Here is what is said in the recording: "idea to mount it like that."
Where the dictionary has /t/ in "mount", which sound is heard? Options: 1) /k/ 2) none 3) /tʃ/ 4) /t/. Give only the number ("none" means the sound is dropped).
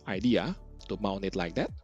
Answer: 2